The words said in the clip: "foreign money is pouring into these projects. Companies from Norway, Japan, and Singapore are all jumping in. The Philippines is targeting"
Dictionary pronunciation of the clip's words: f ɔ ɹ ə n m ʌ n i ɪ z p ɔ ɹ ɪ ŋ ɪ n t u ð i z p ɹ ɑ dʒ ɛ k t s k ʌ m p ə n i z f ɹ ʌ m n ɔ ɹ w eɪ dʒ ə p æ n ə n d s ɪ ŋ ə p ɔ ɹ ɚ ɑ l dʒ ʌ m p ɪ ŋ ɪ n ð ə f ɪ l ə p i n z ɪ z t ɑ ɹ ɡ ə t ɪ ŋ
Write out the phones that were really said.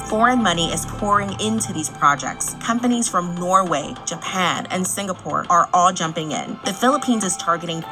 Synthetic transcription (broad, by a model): f ɔ ɹ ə n m ʌ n i ɪ z p ɔ ɹ ɪ ŋ ɪ n t u ð i z p ɹ ɑ dʒ ɛ k t s k ʌ m p ə n i z f ɹ ʌ m n ɔ ɹ w eɪ dʒ ə p æ n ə n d s ɪ ŋ ə p ɔ ɹ ɚ ɑ l dʒ ʌ m p ɪ ŋ ɪ n ð ə f ɪ l ə p i n z ɪ z t ɑ ɹ ɡ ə t ɪ ŋ